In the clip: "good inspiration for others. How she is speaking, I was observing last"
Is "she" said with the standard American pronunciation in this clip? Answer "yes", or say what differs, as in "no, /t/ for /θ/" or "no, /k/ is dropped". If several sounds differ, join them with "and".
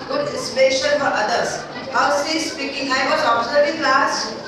no, /s/ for /ʃ/